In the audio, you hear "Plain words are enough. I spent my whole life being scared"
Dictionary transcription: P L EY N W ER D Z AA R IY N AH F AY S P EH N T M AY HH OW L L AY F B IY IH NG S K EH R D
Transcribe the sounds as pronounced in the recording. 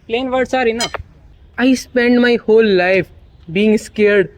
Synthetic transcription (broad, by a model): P L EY N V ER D S AA R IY N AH AY S P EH N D M AY HH OW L L AY F B IY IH NG S K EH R D